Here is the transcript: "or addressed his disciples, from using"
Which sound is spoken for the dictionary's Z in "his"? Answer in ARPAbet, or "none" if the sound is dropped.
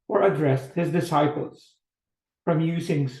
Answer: Z